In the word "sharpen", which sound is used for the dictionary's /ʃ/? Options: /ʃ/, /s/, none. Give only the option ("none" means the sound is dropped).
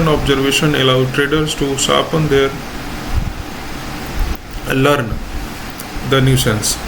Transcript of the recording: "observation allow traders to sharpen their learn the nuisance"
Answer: /s/